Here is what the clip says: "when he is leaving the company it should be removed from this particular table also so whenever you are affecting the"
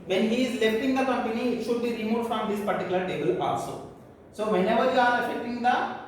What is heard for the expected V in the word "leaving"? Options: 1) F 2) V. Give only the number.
1